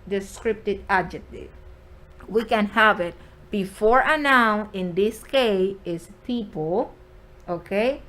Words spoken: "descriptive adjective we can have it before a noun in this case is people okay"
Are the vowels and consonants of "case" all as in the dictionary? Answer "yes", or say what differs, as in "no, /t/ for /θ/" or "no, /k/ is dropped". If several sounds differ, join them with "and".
no, /s/ is dropped